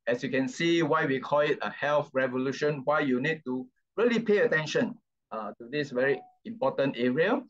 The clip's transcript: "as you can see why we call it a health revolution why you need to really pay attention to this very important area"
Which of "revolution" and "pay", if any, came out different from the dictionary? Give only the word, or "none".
none